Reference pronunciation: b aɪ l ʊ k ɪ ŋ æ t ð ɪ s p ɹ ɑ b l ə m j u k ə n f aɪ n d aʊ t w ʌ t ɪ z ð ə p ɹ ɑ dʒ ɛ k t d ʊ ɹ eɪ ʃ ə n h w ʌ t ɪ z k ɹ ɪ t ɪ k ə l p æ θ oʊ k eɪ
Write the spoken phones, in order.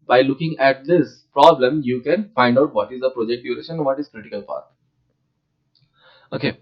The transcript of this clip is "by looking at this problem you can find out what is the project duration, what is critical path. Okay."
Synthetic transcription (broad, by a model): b aɪ l ʊ k ɪ ŋ æ t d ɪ s p ɹ ɑ b l ə m j u k ə n f aɪ n d aʊ t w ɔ t ɪ z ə p ɹ ɑ dʒ ɛ k t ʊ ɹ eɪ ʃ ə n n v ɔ t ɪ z k ɹ ɪ t ɪ k ə l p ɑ t oʊ k eɪ